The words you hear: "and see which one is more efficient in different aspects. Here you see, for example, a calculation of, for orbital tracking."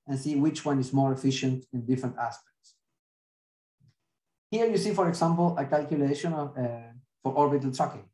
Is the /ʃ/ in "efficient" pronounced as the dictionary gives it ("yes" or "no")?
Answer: yes